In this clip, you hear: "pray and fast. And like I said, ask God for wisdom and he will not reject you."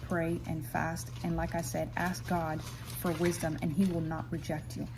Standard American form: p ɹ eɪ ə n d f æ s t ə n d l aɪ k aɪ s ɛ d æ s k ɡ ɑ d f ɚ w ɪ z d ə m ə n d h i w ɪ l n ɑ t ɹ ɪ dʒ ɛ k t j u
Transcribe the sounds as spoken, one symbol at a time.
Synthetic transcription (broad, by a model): p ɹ eɪ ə n f æ s t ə n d l aɪ k aɪ s ɛ d æ s k ɡ ɑ d f ɚ w ɪ z d ə m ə n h i w ɪ l n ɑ t ɹ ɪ dʒ ɛ k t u